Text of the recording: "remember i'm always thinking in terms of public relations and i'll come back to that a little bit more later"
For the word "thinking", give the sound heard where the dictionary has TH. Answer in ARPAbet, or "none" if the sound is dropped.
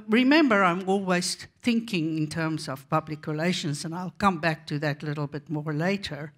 TH